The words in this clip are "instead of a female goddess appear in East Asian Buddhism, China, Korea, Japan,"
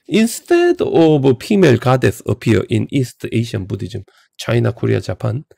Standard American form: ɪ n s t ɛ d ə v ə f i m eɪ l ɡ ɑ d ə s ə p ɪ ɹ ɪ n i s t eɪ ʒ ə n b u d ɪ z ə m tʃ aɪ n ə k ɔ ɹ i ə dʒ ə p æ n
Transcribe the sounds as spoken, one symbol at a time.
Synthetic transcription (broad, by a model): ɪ n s t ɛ d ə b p i m eɪ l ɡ ɑ d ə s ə p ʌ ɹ ɪ n i s t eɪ ʃ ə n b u d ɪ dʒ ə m tʃ aɪ n ə k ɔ ɹ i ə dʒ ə p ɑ n